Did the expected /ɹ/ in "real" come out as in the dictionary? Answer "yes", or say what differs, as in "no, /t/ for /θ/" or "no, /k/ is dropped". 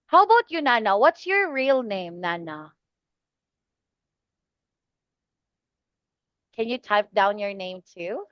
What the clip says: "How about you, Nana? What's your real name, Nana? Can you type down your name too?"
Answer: yes